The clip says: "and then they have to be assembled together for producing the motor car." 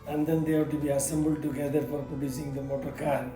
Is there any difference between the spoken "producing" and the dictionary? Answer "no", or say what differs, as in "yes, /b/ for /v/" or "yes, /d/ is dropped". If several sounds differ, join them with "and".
yes, /ɹ/ is dropped